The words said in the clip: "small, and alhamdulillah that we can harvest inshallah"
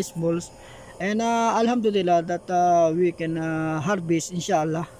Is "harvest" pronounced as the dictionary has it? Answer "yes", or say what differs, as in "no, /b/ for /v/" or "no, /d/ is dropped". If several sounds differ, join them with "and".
no, /b/ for /v/ and /t/ is dropped